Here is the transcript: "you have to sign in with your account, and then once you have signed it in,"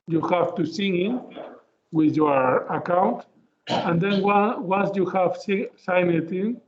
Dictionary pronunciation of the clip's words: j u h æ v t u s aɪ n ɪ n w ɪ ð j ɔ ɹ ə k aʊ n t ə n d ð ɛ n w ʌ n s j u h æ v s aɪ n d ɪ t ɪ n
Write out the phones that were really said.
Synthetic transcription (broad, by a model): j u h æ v t u s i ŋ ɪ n w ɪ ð j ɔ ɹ ə k aʊ n t ə n d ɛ n w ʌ n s j u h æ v s aɪ n ɪ t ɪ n